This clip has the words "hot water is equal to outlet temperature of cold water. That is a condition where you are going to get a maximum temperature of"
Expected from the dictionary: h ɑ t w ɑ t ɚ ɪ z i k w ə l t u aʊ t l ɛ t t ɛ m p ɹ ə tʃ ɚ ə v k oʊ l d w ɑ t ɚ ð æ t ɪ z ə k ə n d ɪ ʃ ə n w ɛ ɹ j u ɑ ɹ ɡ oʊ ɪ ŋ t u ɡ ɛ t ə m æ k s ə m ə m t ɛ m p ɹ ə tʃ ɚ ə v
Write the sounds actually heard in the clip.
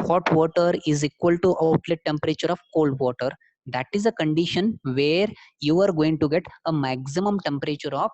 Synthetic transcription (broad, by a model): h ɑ t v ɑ t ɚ ɪ z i k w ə l t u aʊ t l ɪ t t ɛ m p ɹ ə tʃ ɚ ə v k oʊ l d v ɑ t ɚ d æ t ɪ z ə k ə n d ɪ ʃ ə n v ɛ ɹ j u ɑ ɹ ɡ oʊ ɪ ŋ t u ɡ ɛ t ə m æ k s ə m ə m t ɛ m p ɹ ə tʃ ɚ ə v